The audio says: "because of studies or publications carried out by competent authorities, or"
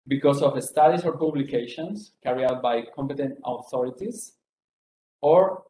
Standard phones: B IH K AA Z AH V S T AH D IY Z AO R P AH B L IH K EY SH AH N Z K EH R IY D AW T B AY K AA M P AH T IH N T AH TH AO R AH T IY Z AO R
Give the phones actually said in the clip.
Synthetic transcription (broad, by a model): B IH K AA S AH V S T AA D IY S AO R P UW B L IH K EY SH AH N S K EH R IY AW T B AY K AA M P AH T IH N T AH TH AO R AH T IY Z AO R